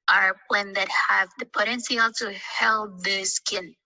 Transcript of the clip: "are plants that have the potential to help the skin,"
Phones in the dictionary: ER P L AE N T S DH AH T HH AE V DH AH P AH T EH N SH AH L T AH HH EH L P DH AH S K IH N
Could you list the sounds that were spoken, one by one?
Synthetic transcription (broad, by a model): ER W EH N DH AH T HH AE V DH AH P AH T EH N S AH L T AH HH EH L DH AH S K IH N